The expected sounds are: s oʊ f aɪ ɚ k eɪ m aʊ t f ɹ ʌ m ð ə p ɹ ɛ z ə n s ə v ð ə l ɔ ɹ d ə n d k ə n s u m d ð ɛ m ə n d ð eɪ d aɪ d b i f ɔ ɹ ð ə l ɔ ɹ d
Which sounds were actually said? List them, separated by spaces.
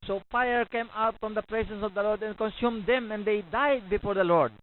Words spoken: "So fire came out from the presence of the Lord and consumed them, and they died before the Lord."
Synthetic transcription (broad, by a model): s oʊ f aɪ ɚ k eɪ m aʊ t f ɹ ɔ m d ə p ɹ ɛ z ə n s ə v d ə l ɔ ɹ d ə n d k ə n s u m d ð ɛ m ə n d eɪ d aɪ d b i f ɔ ɹ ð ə l ɔ ɹ d